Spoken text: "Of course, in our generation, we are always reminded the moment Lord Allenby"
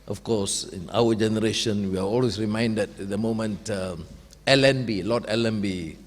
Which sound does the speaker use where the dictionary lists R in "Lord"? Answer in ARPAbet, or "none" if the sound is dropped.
L